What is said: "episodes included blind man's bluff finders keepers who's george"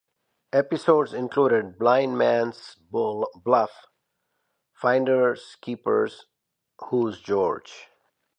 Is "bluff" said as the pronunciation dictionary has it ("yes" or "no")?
yes